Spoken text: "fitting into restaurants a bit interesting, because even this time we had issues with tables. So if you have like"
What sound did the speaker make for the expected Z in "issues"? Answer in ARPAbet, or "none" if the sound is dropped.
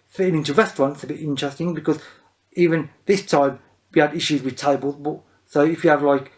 Z